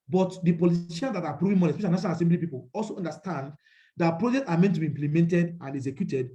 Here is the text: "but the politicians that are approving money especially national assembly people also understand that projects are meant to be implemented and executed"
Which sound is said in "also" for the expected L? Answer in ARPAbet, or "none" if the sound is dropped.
L